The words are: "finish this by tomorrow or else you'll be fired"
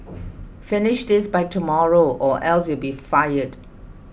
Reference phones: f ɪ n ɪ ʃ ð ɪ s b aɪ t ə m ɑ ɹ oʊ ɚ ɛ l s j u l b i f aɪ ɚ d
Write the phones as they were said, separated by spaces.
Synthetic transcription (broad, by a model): f ɪ n ɪ ʃ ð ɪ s b aɪ t ə m ɑ ɹ oʊ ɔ ɛ l s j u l b i f aɪ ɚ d